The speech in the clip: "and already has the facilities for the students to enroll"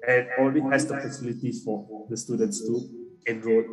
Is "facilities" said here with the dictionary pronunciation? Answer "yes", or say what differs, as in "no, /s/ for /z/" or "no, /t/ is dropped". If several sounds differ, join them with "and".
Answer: no, /p/ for /f/ and /z/ is dropped